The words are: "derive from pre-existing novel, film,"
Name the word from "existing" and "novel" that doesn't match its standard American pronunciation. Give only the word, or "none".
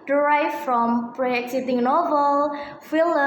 existing